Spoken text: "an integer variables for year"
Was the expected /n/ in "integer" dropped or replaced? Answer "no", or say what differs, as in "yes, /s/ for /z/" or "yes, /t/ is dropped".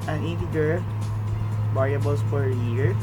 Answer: yes, /n/ is dropped